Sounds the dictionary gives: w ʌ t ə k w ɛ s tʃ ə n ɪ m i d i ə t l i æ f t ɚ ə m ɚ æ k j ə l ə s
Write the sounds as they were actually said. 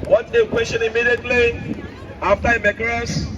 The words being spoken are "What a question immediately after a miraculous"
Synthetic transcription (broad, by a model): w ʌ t ə k w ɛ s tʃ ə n ɪ m i d i ə t l i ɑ f t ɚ ə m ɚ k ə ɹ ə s